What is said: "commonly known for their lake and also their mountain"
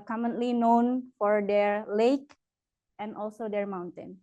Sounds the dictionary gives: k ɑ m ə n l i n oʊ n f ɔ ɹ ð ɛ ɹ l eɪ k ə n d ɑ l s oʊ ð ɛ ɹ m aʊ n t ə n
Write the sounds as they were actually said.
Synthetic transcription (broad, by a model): k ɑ m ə n l i n oʊ n f ɔ ɹ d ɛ ɹ l eɪ k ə n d ɑ l s oʊ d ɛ ɹ m aʊ n t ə n